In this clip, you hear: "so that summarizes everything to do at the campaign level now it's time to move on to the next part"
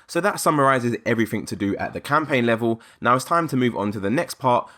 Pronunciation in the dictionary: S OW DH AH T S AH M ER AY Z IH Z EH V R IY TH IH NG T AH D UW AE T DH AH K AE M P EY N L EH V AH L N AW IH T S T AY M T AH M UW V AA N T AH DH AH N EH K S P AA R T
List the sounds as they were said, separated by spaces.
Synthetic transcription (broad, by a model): S OW DH AH T S AH M ER AY Z IH Z EH V R IY TH IH NG T AH D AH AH T DH AH K AE M P EY N L EH V AH L N AW IH T S T AY M T AH M UW V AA N T AH DH AH N EH K S P AA T